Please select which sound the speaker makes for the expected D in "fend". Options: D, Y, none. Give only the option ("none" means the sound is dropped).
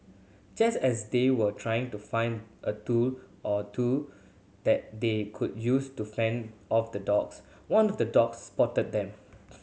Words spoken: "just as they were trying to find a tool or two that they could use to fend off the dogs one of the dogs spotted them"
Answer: D